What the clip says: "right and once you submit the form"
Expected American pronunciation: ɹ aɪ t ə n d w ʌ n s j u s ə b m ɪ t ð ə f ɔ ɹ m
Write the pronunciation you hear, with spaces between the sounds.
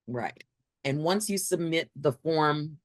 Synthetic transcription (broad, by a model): ɹ aɪ t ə n w ʌ n s j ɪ s ə b m ɪ t ð ə f ɔ ɹ m